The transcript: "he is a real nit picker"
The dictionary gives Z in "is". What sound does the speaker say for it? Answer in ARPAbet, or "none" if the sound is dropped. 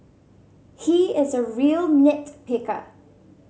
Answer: Z